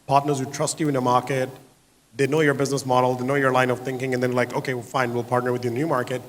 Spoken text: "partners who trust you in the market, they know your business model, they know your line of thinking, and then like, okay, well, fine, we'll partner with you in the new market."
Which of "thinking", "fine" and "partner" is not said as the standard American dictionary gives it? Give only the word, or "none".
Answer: none